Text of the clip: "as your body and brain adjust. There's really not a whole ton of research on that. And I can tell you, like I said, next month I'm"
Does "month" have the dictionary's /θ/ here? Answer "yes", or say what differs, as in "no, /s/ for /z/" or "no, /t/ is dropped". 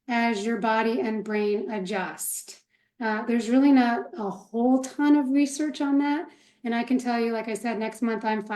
yes